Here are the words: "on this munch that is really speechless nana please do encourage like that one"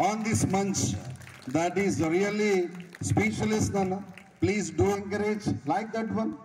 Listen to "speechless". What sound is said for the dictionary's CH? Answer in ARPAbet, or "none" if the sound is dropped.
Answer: SH